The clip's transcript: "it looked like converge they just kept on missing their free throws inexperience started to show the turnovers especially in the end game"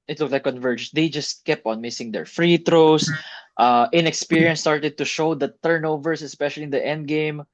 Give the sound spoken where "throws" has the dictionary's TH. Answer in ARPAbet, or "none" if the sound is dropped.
T